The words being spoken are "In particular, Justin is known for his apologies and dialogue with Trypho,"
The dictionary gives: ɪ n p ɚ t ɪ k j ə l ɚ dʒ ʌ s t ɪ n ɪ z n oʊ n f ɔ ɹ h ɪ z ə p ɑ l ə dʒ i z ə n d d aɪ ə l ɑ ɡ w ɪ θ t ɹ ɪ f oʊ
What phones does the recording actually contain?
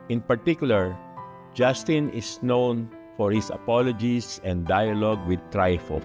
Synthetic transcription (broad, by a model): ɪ n p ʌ t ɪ k j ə l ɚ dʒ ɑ s t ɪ n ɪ s n oʊ n f ɔ ɹ h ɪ s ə p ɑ l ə dʒ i s ə n d d aɪ ə l ɑ ɡ w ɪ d t ɹ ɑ f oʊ